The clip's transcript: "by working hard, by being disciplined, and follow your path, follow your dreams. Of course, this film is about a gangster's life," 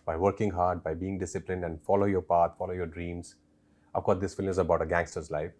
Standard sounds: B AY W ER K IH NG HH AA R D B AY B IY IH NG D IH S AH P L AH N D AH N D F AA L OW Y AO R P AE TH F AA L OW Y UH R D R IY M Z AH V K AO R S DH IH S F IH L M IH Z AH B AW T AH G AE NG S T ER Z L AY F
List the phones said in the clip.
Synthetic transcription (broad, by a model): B AY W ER K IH NG HH AA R D B AY B IY IH NG D IH S AH P L AH N D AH N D F AA L OW Y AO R P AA T F AA L OW Y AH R D R IY M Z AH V K AO R S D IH S F IH L M IH Z AH B AW T AH G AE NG S T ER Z L AY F